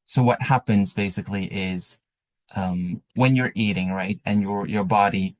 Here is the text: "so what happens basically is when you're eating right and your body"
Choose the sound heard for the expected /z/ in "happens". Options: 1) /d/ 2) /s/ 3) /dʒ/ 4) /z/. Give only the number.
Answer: 4